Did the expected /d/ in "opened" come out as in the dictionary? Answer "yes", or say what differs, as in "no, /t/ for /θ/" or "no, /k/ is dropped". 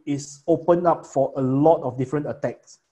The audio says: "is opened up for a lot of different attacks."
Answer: no, /d/ is dropped